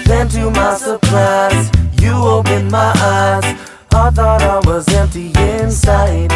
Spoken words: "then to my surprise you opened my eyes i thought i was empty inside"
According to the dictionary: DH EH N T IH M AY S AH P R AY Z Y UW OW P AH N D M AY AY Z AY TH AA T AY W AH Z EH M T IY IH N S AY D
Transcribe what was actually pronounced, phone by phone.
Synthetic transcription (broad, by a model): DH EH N T IH M AY S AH P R AY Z Y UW OW P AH N M AY AY Z AY TH AA T AY W AH Z EH M T IY IH N S AY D